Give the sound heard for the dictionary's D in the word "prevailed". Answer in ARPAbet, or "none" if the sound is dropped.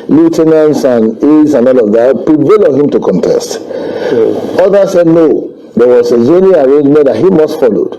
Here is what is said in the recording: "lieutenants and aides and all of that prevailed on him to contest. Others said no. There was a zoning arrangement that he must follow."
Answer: none